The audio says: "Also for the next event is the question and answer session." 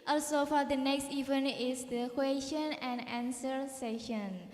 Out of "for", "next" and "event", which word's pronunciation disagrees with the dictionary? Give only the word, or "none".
event